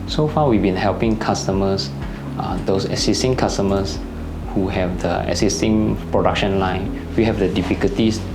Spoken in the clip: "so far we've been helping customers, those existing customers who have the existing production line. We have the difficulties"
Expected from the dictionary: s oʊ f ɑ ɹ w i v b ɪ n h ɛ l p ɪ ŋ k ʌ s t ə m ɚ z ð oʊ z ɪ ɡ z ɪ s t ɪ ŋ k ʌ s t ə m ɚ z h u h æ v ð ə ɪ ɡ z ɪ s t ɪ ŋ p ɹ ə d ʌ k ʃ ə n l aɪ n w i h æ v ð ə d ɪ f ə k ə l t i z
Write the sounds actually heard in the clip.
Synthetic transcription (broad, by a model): s oʊ f ɑ w i v b ɪ n h ɛ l p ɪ ŋ k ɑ s t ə m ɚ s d oʊ s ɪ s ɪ s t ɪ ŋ k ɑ s t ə m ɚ s h u h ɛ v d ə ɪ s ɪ s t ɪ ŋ p ɹ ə d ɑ k ʃ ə n l aɪ n w i h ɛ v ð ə d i f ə k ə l t i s